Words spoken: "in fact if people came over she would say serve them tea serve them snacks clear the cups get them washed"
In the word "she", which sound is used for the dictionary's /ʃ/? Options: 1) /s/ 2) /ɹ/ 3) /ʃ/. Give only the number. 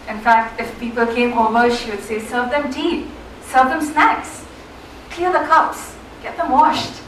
3